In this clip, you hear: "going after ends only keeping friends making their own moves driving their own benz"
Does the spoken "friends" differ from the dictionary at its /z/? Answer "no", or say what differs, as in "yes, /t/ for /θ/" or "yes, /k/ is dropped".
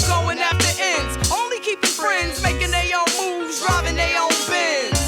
no